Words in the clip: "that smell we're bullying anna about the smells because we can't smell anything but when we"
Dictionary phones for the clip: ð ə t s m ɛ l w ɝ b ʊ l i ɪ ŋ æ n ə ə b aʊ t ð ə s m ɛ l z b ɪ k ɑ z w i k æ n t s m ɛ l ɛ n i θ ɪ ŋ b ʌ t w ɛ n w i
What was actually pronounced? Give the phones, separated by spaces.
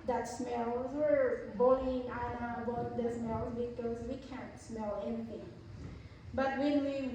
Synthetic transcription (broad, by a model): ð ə t s m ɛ l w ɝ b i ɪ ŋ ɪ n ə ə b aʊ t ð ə s m ɛ l z b ɪ k ɑ z w i k æ n t s m ɛ l ɛ n i θ ɪ ŋ b ʌ t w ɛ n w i